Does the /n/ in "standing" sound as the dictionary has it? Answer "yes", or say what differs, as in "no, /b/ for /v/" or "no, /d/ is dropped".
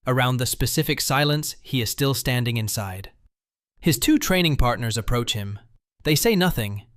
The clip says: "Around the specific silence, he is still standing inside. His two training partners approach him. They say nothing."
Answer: yes